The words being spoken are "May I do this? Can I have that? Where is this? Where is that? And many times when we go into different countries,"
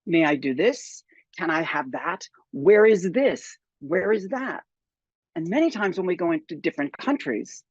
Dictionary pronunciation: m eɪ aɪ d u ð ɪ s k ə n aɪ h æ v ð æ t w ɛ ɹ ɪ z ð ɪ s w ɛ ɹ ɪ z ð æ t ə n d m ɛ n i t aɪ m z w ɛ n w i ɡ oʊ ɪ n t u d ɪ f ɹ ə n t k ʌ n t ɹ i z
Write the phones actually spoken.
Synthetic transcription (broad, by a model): m eɪ aɪ d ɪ ð ɪ s k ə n aɪ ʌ v ð æ t w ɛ ɹ ɪ z ð ɪ s w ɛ ɹ ɪ z ð æ t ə n m ɛ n i t aɪ m z w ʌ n w i ɡ oʊ ɪ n t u d ɪ f ɹ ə n k ʌ n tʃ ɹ i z